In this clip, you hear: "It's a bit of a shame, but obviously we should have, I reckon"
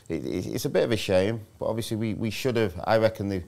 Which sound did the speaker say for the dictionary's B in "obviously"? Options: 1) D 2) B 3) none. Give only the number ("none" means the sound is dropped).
3